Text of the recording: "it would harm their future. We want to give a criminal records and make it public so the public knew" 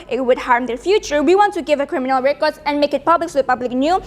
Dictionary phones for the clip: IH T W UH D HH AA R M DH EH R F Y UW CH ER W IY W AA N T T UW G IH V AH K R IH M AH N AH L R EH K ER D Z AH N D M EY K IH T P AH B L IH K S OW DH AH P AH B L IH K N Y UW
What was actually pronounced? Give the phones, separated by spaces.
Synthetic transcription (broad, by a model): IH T W UH D HH AA R M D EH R F Y UW CH ER W IY W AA N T T UW G IH V AH K R IH M AH N AH L R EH K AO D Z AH N M EY K IH T P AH B L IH K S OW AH P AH B L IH K N Y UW